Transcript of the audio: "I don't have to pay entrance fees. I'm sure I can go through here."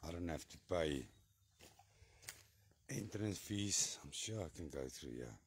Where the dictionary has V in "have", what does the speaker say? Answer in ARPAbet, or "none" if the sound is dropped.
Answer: F